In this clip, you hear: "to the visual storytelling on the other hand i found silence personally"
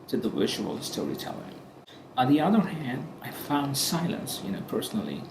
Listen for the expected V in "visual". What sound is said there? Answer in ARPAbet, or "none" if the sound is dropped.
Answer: W